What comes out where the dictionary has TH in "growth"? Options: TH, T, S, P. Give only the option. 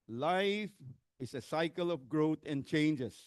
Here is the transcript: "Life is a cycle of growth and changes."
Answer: T